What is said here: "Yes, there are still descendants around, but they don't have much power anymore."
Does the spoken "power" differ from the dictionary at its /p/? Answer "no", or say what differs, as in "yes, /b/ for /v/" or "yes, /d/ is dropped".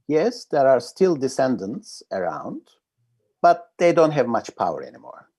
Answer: no